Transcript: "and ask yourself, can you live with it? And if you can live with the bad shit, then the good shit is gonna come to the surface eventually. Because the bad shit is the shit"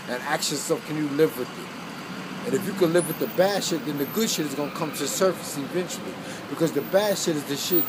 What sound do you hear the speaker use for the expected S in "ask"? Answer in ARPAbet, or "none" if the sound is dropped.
none